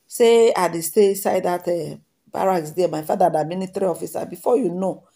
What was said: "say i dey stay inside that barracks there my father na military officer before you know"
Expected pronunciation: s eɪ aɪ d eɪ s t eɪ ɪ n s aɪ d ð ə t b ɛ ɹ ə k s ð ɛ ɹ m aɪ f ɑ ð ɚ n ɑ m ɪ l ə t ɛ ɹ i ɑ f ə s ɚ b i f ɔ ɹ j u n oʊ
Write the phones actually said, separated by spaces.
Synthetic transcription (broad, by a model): s eɪ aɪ d eɪ s t eɪ s aɪ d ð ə t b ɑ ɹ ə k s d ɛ m aɪ f ɑ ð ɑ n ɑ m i n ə t ɹ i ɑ f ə s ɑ b i f ɔ j u n oʊ